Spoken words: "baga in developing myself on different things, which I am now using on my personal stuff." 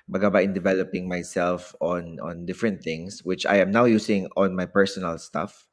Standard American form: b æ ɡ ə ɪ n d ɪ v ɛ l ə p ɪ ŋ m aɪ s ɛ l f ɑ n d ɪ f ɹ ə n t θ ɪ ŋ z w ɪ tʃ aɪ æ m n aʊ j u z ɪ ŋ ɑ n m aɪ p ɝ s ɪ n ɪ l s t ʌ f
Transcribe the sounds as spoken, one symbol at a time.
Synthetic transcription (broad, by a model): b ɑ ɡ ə ɪ n d ɪ v ɛ l ə p ɪ ŋ m aɪ s ɛ l f ɑ n d ɪ f ɹ ə n t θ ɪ ŋ s w ɪ tʃ aɪ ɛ m n aʊ j u s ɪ ŋ ɑ n m aɪ p ɝ s ɪ n ɪ l s t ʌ f